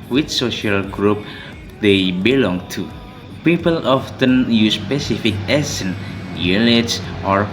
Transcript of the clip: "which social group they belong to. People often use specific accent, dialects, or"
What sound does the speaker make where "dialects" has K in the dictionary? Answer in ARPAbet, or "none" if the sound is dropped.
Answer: none